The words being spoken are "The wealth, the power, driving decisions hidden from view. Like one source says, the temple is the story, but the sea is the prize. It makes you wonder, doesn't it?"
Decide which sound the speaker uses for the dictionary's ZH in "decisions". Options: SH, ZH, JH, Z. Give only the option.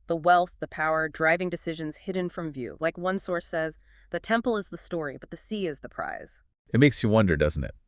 ZH